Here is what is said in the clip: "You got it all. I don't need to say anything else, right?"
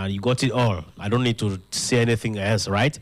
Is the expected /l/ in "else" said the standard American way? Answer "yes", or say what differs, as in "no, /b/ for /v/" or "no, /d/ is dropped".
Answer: yes